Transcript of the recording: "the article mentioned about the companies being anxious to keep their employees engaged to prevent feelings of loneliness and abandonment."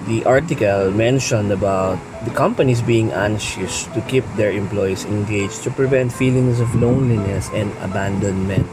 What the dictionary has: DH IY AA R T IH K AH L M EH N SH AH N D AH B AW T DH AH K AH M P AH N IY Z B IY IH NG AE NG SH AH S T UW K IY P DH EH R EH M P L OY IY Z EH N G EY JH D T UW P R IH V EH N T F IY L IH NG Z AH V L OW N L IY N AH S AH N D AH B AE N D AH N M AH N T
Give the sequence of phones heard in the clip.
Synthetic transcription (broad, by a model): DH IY AA R T IH K AH L M EH N SH AH N D AH B AW T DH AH K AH M P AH N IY S B IY IH NG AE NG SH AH S T UW K IY P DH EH R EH M P L OY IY S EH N G EY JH T UW P R IH V EH N T F IY L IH NG S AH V L OW N L IY N AH S AH N D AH B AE N D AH N M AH N T